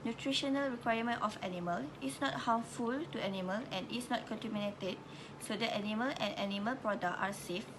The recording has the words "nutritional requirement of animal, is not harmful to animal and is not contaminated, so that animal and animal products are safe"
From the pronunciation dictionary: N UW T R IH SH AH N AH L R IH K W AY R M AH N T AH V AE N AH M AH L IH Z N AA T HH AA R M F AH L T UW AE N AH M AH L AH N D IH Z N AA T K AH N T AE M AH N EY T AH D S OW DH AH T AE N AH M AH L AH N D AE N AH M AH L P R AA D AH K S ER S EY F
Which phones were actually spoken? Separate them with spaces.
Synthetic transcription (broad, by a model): N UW T R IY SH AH N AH L R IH K W AY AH M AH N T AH F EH N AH M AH L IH S N AA T HH AA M F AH L T UW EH N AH M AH L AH N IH S N AA T K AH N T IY M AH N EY T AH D S OW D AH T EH N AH M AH L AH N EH N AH M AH L P R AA D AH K AA S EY F